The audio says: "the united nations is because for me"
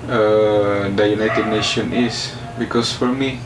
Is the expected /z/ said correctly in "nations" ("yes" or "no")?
no